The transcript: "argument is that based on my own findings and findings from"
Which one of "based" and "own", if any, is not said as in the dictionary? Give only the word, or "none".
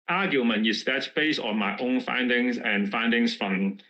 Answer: based